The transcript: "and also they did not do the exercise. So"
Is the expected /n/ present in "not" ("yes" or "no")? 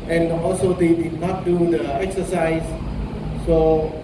yes